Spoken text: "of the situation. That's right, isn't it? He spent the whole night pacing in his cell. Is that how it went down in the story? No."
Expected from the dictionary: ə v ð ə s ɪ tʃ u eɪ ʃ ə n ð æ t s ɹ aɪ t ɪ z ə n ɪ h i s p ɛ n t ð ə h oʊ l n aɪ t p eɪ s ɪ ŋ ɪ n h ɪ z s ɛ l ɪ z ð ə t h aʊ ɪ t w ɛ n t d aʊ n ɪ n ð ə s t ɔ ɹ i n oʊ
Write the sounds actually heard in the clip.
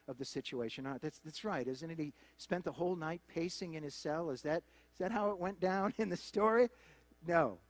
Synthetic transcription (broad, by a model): ə v ð ə s ɪ tʃ u eɪ ʃ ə n ð æ t s ɹ aɪ t ɪ z ə n ɪ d i s p ɛ n ð ə h oʊ l n aɪ t p eɪ s ɪ ŋ ɪ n ɪ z s ɛ l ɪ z ð ə t h aʊ ɪ t w ɛ n d aʊ n ɪ n ð ə s t ɔ ɹ i n oʊ